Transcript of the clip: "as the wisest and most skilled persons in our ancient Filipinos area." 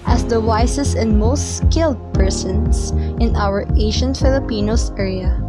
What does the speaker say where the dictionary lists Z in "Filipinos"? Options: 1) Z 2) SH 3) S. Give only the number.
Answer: 3